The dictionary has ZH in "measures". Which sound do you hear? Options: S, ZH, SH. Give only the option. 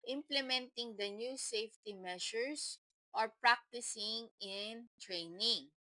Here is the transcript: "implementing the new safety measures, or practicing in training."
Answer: SH